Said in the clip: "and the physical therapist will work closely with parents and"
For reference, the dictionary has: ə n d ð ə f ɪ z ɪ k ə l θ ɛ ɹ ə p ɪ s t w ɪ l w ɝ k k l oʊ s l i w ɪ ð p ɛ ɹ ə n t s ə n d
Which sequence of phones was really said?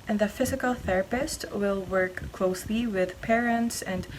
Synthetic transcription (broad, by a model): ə n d ð ə f ɪ z ɪ k ə l θ ɛ ɹ ə p ɪ s t w ɪ l w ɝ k k l oʊ s l i w ɪ ð p ɛ ɹ ə n t s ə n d